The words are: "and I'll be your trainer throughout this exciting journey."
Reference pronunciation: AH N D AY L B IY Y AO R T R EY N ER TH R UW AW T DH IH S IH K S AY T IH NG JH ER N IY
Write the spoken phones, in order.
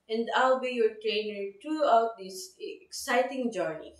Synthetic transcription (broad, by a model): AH N D AY L B IY Y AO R T R EY N ER T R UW AW T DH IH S IH K S AY T IH NG JH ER N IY